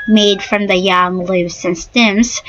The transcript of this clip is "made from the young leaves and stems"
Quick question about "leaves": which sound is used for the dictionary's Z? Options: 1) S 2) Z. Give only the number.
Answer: 1